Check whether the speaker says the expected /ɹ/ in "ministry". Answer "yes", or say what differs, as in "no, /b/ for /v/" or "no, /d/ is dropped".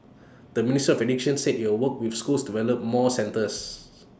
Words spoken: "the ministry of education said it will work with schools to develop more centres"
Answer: no, /ɹ/ is dropped